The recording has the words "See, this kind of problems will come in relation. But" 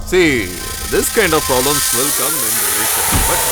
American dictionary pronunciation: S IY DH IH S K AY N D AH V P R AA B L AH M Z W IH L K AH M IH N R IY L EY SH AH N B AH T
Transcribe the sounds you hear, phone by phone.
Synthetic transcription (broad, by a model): S IY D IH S K AY N D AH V P R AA B L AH M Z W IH L K AH M IH N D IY EY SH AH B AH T